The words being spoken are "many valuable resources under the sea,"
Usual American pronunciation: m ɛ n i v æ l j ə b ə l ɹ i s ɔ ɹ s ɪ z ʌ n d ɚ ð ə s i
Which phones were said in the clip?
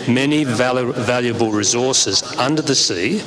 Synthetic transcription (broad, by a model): m ɛ n i v æ l j ə b ə l ɹ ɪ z ɔ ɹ s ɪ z ʌ n d ɚ ð ə s i